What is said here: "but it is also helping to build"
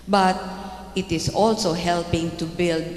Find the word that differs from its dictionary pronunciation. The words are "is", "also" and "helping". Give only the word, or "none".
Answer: is